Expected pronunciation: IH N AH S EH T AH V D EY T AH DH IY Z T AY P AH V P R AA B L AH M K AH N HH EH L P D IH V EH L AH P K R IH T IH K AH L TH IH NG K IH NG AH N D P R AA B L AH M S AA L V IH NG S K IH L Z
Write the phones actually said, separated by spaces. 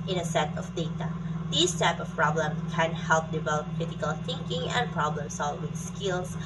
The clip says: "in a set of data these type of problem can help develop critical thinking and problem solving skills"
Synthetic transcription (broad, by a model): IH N AH S EH T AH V D EY T AH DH IY S T AY P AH F P R AA B L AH M K AH N HH EH L P D IH V EH L AH P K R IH T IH K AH L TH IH NG K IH NG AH N P R AA B L AH M S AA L W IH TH S K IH L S